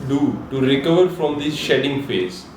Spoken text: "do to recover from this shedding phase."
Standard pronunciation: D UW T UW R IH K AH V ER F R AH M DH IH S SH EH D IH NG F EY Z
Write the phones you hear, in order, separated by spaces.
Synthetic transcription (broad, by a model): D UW T UW R IH K AH V ER F R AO M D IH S SH EH D IH NG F EY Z